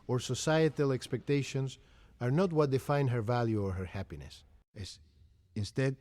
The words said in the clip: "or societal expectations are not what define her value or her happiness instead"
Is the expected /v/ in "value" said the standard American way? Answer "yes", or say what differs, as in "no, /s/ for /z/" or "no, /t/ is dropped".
yes